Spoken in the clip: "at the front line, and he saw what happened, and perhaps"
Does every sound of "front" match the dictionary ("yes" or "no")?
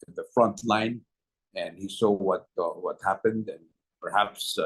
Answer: yes